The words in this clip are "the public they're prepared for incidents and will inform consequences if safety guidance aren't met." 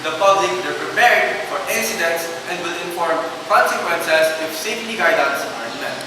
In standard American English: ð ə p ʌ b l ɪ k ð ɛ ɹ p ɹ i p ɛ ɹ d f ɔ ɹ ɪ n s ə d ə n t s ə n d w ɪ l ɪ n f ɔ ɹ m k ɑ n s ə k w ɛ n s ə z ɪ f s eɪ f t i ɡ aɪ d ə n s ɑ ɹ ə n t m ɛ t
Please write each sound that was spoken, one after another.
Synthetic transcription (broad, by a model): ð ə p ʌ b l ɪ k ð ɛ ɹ p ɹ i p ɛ ɹ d f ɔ ɹ ɪ n s ə d ə n t s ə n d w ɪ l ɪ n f ɔ ɹ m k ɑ n s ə k w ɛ n s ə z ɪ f s eɪ f t i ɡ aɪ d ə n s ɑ ə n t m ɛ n